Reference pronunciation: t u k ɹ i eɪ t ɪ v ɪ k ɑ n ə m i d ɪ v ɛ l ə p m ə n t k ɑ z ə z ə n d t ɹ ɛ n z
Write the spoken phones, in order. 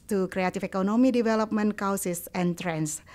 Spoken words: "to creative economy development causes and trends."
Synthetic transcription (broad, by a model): t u k ɹ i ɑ t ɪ f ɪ k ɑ n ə m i d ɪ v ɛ l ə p m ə n k ɑ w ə s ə n t ɹ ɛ n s